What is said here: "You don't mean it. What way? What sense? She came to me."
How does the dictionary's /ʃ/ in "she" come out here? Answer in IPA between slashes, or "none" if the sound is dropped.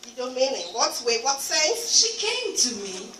/ʃ/